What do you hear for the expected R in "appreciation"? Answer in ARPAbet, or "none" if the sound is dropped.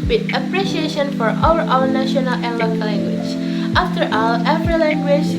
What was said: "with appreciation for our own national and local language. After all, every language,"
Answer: R